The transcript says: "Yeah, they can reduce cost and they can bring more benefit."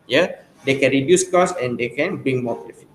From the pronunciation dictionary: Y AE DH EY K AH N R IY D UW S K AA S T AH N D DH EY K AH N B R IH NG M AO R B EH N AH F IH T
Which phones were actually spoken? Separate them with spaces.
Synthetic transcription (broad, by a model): Y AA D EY K AH N R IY D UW S K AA S AH N D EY K AH N B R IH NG M AO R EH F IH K